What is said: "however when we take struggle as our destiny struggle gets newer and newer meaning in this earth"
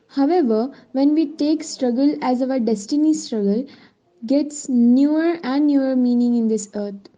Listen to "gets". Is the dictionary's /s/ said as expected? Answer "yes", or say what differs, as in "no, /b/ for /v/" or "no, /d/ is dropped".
yes